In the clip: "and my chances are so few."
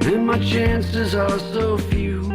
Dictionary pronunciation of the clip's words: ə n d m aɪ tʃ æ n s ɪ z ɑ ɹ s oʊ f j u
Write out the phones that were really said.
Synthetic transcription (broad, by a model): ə n m aɪ tʃ æ n s ɪ z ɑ l s oʊ f j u